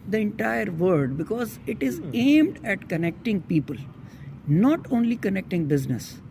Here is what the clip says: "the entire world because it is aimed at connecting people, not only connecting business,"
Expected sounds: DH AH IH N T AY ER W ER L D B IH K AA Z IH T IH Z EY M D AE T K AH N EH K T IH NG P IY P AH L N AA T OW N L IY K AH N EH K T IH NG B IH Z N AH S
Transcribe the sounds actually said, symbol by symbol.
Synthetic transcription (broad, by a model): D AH IH N T AY ER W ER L D B IH K AA Z IH T IH Z EY M D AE T K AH N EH K T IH NG P IY P AH L N AA T OW N L IY K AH N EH K T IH NG B IH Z N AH S